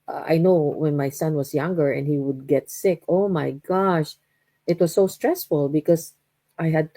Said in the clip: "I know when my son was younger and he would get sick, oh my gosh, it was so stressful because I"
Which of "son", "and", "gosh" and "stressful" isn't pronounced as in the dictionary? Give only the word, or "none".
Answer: none